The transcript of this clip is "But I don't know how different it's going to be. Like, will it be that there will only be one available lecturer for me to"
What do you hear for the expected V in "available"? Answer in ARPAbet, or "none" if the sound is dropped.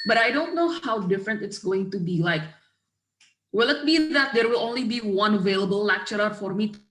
V